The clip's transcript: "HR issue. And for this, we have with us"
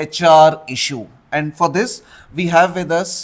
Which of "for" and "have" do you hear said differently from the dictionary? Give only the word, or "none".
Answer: none